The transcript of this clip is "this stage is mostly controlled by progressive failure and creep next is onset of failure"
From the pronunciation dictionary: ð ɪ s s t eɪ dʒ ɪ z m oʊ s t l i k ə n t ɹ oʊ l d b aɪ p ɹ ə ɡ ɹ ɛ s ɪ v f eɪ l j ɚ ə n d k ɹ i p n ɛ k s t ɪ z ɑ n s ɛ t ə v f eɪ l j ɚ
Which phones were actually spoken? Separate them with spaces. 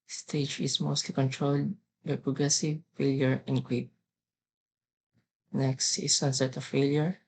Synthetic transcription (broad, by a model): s s t eɪ dʒ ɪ s m oʊ s t l i k ə n t ɹ oʊ l d b aɪ p ɹ ə ɡ ɹ ɛ s ɪ v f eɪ l j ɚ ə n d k w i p n ɛ k s t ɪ s ɑ n s ɛ t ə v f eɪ l j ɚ